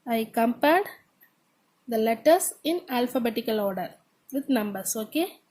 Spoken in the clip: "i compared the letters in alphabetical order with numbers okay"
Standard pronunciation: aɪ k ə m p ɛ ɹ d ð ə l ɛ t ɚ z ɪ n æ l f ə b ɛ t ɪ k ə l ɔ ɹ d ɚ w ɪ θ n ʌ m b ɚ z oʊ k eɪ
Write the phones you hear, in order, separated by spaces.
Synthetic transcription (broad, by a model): aɪ k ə m p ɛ ɹ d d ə l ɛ t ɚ s ɪ n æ l f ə b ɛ t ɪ k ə l ɔ ɹ d ɚ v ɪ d n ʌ m b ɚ s oʊ k eɪ